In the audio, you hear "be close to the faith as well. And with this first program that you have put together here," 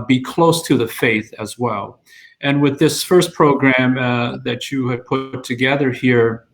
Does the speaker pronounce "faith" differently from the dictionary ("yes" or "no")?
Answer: no